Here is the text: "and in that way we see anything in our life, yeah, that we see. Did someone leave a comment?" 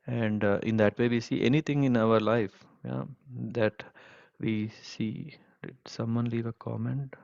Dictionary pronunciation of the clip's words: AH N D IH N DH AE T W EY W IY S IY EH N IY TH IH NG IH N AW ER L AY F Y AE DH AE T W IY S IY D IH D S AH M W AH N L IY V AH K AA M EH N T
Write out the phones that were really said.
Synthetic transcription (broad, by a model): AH N D IH N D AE T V EY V IY S IY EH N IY T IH NG IH N AW ER L AY F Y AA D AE T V IY S IY D IH D S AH M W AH N L IY V AH K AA M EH N T